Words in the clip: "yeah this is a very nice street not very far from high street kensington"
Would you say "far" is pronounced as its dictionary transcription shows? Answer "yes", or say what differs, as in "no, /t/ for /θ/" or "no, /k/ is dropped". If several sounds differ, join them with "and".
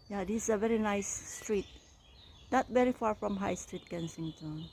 yes